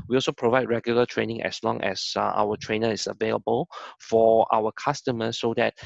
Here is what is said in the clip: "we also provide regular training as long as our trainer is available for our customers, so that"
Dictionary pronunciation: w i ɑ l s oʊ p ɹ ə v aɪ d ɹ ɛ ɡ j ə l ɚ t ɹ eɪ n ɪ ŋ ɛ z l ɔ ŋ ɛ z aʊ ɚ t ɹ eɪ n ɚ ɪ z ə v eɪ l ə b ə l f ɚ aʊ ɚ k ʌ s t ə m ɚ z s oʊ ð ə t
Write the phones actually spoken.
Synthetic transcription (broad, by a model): w i ɑ l s oʊ p ɹ ə v aɪ d ɹ ɛ ɡ j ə l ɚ t ɹ eɪ n ɪ ŋ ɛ s l ɔ ŋ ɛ s aʊ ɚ t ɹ eɪ n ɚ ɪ s ə v eɪ l ə b ə l f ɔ aʊ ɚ k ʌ s t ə m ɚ s oʊ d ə t